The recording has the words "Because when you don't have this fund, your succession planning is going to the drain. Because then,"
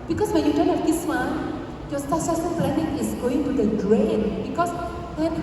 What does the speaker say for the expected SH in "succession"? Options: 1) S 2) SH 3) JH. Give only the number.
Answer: 1